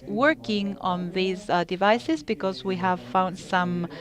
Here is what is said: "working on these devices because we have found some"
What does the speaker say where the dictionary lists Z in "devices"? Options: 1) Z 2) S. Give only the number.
1